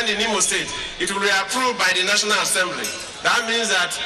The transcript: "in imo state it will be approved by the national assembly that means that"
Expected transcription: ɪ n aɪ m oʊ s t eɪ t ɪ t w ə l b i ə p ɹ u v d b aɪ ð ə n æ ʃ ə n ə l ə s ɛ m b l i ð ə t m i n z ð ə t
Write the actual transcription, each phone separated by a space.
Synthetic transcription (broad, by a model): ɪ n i m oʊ s t eɪ t ɪ t w ə l b i ə p ɹ u v d b aɪ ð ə n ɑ ʃ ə n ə l ə s ɛ m b l i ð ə t m i n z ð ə t